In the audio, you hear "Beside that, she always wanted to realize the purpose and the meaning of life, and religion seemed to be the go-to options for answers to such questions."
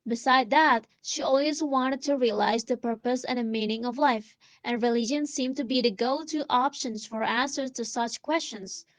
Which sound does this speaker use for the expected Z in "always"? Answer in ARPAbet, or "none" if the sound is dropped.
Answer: Z